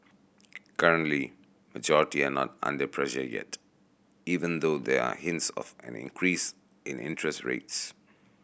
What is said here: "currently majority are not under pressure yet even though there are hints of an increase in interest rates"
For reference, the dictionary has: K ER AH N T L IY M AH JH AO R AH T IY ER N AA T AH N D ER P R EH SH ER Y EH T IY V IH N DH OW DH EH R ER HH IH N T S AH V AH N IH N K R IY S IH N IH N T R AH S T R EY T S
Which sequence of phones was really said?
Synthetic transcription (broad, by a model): K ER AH N T L IY M AH JH AO R AH T IY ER N AA T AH N D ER P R EH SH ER Y EH T IY V IH N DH OW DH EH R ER HH IH N T S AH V AH N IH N K R IY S IH N IH N T R AH S T R EY T S